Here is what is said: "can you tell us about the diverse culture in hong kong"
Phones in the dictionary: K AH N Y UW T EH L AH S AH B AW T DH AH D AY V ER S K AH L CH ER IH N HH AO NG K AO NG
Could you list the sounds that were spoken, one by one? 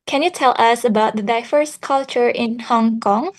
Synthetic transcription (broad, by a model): K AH N Y UW T EH L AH S AH B AW T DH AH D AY F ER S K AH L CH ER IH N HH AO NG K AO NG